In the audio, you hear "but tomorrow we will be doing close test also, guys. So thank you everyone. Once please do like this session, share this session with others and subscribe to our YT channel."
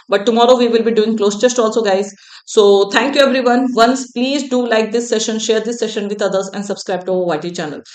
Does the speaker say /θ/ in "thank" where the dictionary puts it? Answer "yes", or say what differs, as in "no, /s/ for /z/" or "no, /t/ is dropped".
no, /t/ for /θ/